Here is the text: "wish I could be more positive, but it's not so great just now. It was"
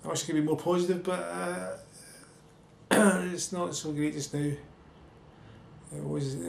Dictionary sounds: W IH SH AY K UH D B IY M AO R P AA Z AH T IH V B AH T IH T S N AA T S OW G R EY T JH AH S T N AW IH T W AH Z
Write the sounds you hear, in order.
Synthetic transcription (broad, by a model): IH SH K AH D B IY M AO R P AA Z AH T IH V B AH T IH T S N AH T S OW G R EY T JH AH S N AW IH T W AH Z